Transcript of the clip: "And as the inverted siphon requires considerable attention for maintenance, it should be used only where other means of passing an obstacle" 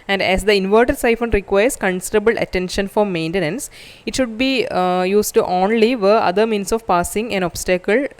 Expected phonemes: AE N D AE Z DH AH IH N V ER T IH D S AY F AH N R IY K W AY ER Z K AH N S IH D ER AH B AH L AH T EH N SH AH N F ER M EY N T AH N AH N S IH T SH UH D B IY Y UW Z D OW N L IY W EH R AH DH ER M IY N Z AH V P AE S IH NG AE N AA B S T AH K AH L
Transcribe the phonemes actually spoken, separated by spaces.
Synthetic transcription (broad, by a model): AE N D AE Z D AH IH N V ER T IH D S AY F AH N R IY K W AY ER S K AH N S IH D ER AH B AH L AH T EH N SH AH N F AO M EY N T AH N AH N S IH T SH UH D B IY Y UW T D OW N L IY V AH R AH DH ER M IY N S AH V P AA S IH NG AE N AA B S T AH K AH L